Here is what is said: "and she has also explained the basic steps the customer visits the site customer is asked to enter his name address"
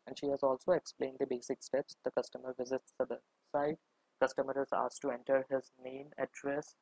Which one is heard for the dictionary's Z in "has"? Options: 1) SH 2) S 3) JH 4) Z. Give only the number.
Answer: 4